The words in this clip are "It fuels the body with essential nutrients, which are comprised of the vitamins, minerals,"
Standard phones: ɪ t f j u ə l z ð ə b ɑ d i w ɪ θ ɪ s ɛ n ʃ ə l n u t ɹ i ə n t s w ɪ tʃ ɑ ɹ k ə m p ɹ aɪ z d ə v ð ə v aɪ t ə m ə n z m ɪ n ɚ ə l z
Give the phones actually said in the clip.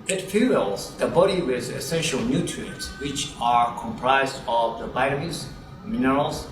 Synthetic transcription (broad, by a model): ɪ t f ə l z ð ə b ɑ d i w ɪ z ɪ s ɛ n ʃ ə l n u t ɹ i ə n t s w ɪ tʃ ɑ ɹ k ə m p ɹ aɪ z d ə v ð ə b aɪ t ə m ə z m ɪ n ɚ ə l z